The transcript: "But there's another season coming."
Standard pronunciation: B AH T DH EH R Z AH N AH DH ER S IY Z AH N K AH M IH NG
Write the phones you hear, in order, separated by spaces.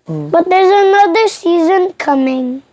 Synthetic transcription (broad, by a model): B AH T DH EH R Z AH N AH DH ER S IY Z AH N K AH M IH NG